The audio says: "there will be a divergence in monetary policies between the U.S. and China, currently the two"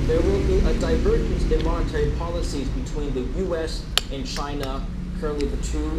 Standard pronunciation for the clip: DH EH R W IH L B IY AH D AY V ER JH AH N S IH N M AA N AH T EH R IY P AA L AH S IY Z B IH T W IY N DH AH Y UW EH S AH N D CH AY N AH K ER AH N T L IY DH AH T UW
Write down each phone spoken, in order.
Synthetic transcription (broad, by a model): DH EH R W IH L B IY AH D AY V ER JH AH N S IH N M AA N AH T EH R IY P AA L AH S IY Z B IH T W IY N DH AH Y UW EH S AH N CH AY N AH K ER AH N T L IY DH AH T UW